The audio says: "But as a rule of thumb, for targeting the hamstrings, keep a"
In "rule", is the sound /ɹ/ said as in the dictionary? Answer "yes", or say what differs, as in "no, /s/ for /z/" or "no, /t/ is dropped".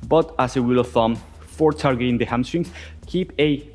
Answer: no, /w/ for /ɹ/